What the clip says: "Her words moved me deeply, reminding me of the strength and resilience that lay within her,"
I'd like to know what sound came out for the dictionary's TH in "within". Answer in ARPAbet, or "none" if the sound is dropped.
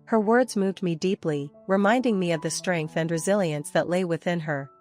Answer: TH